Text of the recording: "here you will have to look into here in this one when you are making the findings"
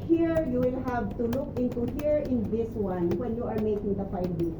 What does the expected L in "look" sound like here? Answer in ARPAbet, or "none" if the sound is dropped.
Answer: L